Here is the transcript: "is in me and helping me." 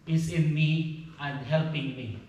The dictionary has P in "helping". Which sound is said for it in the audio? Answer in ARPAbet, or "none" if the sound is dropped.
P